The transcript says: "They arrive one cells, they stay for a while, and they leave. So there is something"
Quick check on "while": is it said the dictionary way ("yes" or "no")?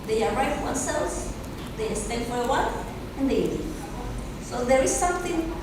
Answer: no